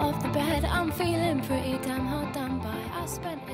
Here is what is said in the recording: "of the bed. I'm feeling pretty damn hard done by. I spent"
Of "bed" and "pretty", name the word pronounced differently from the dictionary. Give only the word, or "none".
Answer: pretty